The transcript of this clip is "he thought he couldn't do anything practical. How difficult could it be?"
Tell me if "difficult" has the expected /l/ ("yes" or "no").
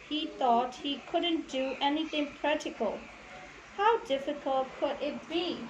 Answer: yes